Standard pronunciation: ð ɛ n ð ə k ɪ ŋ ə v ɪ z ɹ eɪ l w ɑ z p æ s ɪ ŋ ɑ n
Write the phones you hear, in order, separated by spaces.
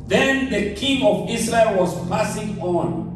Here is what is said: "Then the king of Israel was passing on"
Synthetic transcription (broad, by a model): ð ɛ n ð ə k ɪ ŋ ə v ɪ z ɹ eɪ l w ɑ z p æ s ɪ ŋ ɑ n